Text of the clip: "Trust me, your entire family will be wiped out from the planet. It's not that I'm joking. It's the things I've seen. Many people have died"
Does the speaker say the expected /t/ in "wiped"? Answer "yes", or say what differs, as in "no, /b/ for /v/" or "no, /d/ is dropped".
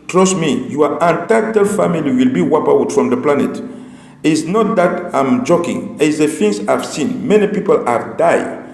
no, /t/ is dropped